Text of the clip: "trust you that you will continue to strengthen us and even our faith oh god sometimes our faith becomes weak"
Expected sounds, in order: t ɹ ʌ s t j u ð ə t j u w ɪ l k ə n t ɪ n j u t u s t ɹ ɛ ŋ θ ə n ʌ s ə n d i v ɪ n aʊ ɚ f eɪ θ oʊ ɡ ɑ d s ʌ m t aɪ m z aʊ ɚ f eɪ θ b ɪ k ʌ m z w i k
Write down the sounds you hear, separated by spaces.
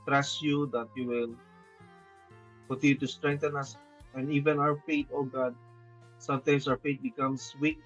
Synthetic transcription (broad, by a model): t ɹ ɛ s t j u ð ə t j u w ɪ l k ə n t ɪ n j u t u s t ɹ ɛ ŋ t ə n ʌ s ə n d i v ɪ n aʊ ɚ f eɪ t oʊ ɡ ɑ d s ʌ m t aɪ m s aʊ ɚ f eɪ t b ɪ k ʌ m s w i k